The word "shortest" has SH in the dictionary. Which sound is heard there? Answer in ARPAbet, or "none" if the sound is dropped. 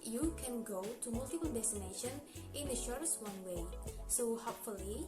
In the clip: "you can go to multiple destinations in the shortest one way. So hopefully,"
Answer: SH